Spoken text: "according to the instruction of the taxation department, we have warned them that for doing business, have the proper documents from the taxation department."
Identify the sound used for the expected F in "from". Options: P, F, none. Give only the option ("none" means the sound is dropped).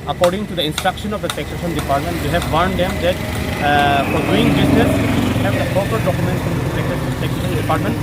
P